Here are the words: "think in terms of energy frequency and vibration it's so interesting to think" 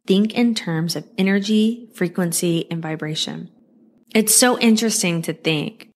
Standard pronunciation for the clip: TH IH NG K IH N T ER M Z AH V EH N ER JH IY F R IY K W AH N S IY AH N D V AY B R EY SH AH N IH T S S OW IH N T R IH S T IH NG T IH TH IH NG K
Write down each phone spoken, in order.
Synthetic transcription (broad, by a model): TH IH NG K IH N T ER M Z AH V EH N ER JH IY F R IY K W AH N S IY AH N V AY B R EY SH AH N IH T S S OW IH N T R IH S T IH NG T IH TH IH NG K